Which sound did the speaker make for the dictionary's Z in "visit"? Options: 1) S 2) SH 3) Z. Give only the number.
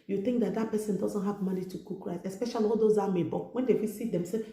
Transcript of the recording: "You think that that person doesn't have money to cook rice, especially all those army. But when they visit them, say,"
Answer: 1